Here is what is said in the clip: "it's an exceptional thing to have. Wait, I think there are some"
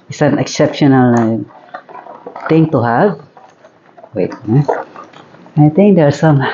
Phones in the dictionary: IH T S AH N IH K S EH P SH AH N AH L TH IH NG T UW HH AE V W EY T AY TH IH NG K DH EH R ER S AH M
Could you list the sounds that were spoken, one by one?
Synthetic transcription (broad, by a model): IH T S AH N IH K S EH P SH AH N AH L T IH NG T UW HH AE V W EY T AY T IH NG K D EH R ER S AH M